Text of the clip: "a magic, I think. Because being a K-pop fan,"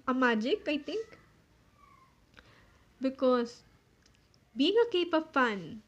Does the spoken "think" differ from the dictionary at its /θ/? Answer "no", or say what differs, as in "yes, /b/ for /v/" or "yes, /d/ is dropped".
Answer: yes, /t/ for /θ/